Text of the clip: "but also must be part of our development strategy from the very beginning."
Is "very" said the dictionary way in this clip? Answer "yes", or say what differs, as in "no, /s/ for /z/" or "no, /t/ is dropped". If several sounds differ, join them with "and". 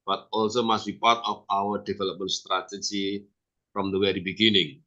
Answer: no, /w/ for /v/